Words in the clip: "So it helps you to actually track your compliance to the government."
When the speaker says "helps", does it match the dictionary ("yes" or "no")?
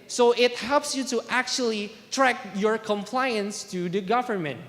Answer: yes